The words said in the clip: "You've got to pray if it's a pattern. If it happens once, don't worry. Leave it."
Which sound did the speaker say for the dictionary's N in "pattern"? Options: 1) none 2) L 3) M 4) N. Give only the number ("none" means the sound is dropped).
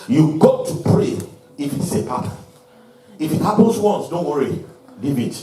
1